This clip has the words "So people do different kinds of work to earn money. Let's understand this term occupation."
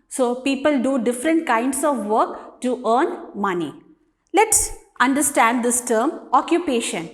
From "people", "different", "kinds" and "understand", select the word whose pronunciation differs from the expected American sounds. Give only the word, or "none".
kinds